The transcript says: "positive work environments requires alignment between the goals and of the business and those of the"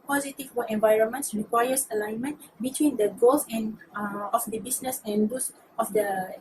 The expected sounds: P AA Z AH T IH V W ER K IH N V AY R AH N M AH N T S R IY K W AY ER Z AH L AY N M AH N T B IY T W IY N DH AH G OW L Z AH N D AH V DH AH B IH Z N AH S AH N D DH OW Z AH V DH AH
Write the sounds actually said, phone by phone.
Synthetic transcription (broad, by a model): P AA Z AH T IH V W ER IH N V AY R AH N M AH N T S R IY K W AY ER S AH L AY N M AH N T B IY T W IY N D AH G OW L S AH N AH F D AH B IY S N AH S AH N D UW S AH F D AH